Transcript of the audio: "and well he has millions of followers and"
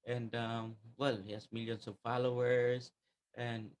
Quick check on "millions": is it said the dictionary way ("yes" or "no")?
no